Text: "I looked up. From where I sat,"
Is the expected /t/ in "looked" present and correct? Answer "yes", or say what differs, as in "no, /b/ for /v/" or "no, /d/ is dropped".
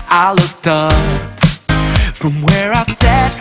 yes